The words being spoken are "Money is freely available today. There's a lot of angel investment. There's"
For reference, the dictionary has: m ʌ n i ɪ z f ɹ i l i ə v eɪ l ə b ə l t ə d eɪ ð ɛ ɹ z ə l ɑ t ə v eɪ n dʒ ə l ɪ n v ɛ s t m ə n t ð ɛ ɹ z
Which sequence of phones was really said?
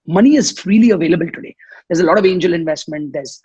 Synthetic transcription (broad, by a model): m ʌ n i ɪ z f ɹ i l i ə v eɪ l ə b ə l t ə d eɪ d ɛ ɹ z ə l ɑ t ə v eɪ n dʒ ə l ɪ n v ɛ s t m ə n t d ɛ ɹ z